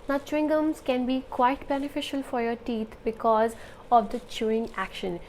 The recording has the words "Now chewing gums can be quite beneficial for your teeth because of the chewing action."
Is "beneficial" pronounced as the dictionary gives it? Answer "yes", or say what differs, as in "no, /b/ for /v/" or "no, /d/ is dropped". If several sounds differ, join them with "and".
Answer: yes